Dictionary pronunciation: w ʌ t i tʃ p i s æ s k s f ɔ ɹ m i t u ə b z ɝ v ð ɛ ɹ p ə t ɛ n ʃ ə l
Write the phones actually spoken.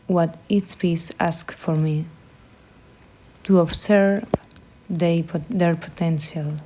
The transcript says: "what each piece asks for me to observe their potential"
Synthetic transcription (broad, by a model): w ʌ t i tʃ p i s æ s k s f ɔ ɹ m i t u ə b s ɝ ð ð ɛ ɹ p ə t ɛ n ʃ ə l